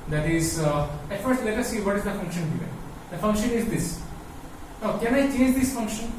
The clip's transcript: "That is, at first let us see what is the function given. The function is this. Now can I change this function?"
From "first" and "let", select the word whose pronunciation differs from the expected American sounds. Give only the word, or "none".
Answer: none